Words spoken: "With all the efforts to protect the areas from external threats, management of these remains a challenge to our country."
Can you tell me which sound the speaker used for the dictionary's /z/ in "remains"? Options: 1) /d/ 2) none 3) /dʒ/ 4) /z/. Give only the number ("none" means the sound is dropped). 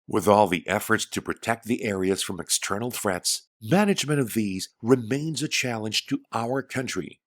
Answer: 4